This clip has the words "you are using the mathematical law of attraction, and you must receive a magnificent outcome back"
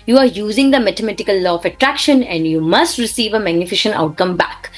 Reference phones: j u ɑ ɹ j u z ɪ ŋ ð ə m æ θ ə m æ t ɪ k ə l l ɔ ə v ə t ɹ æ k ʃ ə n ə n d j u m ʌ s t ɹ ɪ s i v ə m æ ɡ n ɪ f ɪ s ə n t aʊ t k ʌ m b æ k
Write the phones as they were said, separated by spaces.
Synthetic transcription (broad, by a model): j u ɑ ɹ j u z ɪ ŋ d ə m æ t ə m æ t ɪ k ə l l ɔ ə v ə t ɹ æ k ʃ ə n ə n d j u m ʌ s t ɹ ɪ s i v ə m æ ɡ n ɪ f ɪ ʃ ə n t aʊ t k ʌ m b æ k